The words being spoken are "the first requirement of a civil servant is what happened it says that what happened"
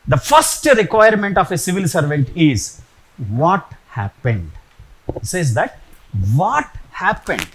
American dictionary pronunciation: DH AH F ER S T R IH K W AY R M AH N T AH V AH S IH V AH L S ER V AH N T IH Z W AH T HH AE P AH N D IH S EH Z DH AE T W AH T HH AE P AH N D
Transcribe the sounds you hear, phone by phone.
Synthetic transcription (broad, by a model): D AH F ER S T R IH K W AY R M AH N T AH F AH S IH V AH L S ER V AH N T IH Z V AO T HH AE P AH N D IH S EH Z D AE T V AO T HH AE P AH N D